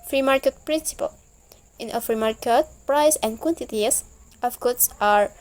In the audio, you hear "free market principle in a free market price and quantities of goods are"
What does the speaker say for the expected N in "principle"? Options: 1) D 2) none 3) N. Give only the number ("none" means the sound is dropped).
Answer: 3